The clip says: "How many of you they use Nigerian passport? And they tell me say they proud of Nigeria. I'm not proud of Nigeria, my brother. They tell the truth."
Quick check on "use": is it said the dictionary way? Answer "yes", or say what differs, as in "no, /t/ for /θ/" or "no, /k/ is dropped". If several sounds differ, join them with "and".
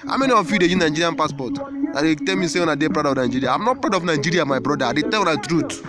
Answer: no, /s/ is dropped